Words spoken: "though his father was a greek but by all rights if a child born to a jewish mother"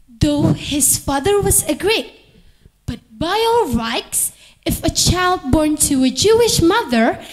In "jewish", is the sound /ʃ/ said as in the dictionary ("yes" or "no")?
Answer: yes